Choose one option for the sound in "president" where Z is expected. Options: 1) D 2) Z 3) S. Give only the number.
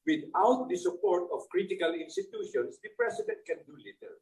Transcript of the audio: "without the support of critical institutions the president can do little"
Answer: 3